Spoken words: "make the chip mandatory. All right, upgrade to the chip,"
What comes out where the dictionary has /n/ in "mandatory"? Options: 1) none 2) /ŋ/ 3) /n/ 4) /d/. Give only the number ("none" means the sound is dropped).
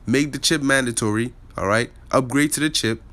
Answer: 3